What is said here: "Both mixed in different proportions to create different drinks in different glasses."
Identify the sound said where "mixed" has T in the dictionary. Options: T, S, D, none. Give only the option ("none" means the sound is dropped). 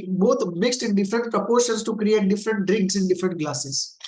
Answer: T